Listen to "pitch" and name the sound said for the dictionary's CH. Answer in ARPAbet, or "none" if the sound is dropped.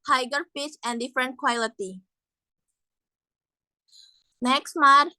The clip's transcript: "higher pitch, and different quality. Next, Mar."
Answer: S